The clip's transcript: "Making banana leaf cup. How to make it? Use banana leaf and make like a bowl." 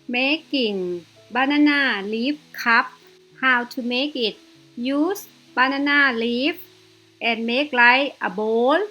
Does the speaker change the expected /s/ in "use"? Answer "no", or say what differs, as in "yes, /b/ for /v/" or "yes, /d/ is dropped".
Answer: no